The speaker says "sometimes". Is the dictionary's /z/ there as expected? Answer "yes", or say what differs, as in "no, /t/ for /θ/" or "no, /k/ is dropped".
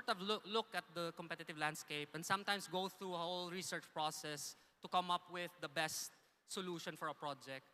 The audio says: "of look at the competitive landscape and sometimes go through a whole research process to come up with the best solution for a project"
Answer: no, /s/ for /z/